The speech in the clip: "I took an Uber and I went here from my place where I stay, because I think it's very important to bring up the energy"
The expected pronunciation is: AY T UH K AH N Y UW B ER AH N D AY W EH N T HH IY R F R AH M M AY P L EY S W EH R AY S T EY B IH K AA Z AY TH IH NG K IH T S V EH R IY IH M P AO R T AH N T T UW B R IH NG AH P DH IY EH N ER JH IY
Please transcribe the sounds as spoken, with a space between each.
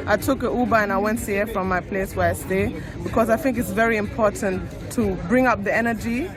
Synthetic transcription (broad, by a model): AY T UH K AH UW B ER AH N AY W EH N T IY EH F R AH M M AY P L EY S W EH R AY S T EY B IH K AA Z AY TH IH NG K IH T S V EH R IY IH M P AO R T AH N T T UW B R IH NG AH P DH IY EH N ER JH IY